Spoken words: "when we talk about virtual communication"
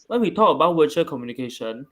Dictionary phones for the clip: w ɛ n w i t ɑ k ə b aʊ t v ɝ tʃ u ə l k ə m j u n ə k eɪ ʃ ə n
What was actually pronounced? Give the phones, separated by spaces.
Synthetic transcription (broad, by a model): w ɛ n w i t ɑ k ə b aʊ t w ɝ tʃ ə k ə m j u n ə k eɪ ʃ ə n